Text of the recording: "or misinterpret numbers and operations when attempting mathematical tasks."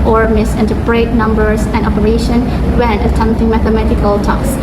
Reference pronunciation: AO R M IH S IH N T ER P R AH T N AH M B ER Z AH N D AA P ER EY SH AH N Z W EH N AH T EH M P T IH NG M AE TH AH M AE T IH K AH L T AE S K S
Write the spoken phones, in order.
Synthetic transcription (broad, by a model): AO R M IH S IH N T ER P R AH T N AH M B ER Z AH N D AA P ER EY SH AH N W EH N AH T EH M P T IH NG M AE TH AH M AE T IH K AH L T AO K S